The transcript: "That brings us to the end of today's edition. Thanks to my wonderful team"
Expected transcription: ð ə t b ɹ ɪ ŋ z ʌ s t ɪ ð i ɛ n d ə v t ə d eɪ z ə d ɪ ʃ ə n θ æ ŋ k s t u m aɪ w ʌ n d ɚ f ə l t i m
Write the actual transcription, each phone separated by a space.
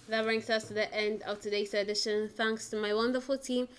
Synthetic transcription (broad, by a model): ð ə t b ɹ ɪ ŋ s ʌ s t ɪ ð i ɛ n d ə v t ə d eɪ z ə d ɪ ʃ ə n θ æ ŋ k s t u m aɪ w ʌ n d ɚ f ə l t i m